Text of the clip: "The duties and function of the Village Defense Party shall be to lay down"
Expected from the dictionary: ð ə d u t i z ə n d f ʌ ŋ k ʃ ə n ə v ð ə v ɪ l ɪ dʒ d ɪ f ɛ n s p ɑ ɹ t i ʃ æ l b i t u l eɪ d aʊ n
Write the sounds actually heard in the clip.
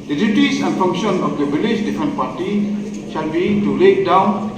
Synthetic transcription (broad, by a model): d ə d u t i s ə n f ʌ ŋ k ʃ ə n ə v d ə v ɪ l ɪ ʃ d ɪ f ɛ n p ɑ t i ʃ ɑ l b i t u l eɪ d aʊ n